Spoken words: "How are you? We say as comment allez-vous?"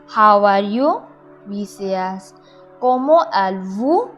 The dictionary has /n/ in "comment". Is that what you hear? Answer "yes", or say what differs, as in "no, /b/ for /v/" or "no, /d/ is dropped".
no, /n/ is dropped